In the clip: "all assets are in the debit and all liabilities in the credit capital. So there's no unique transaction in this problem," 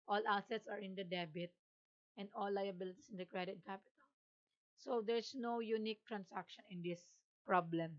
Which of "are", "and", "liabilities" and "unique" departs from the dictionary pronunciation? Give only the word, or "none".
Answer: liabilities